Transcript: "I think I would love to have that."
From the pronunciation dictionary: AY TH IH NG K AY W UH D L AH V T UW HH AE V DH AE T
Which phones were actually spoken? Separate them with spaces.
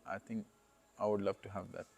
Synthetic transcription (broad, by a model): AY T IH NG K AY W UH D L AH V T UW HH AE V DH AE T